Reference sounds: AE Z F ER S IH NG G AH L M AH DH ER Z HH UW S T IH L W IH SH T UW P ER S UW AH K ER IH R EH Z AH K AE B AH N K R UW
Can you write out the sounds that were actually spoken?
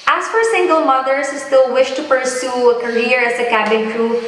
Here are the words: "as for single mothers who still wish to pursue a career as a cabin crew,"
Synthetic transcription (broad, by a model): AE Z F ER S IH NG G AH L M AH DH ER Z HH UW S T IH L W IH SH T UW P ER S UW AH K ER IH R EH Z AH K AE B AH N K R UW